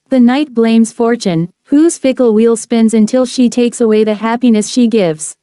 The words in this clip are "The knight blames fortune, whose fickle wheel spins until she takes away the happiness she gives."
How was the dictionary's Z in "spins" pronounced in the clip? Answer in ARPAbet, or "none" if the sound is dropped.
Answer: Z